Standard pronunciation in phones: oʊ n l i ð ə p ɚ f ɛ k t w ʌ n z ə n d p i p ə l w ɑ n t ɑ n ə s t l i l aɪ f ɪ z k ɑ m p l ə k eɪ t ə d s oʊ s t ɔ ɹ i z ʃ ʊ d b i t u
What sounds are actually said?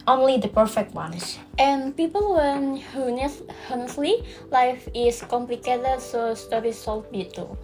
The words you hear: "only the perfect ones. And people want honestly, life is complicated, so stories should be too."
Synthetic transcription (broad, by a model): oʊ n l i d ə p ɚ f ɛ k t w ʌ n s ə n p i p ə l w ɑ n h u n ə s s l i l aɪ f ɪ s k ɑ m p l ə k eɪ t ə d s oʊ s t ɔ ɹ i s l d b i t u